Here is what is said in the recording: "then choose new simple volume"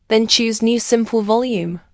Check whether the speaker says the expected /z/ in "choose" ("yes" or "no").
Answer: yes